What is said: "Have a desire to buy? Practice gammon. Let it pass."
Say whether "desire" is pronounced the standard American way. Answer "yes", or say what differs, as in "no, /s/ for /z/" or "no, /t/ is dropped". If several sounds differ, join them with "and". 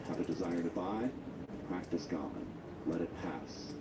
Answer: yes